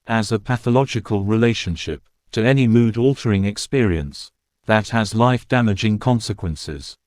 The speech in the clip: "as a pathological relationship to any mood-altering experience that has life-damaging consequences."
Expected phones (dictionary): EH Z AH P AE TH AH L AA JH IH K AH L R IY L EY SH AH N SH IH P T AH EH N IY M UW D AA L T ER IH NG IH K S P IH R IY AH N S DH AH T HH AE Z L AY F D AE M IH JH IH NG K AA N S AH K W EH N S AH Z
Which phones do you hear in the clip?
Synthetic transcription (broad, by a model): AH Z AH P AE TH AH L AA JH IH K AH L R IY L EY SH AH N SH IH P T AH EH N IY M UW D AA L T ER IH NG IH K S P IH R IY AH N S DH AH T HH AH Z L AY F D AE M IH JH IH NG K AA N S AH K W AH N S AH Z